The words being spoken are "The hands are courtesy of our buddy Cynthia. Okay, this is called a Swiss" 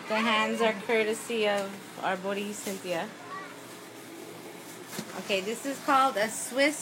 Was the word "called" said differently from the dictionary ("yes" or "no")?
no